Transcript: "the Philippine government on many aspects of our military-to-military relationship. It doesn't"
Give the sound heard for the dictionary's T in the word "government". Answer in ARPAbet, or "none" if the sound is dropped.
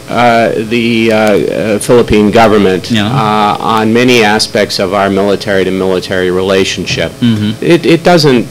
T